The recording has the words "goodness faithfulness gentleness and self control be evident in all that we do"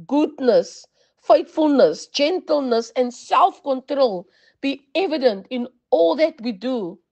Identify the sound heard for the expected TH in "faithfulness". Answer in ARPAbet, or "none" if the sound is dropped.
T